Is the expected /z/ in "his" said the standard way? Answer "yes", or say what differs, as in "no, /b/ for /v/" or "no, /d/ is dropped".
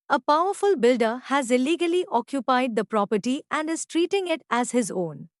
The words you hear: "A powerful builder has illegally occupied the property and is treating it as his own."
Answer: yes